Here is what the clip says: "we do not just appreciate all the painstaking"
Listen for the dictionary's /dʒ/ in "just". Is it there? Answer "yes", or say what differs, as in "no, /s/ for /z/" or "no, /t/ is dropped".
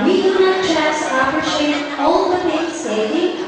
no, /tʃ/ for /dʒ/